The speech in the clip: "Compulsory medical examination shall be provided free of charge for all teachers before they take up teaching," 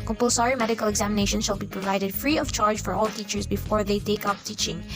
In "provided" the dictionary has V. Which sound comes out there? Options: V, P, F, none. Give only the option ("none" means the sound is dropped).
V